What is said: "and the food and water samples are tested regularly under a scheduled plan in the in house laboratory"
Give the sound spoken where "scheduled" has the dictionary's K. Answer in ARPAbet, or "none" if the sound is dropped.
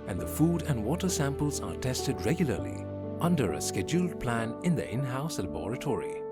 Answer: K